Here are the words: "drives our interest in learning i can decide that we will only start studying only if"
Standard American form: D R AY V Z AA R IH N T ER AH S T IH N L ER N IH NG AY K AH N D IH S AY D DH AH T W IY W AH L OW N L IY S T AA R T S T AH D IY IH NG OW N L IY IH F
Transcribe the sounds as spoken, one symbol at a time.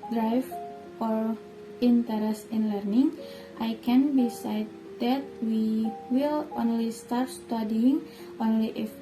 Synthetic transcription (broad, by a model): D R AY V AA R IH N T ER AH S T IH N L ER N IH NG AY K AH N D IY S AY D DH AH T W IY W AH L OW N L IY S T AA R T S T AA D IY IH NG OW N L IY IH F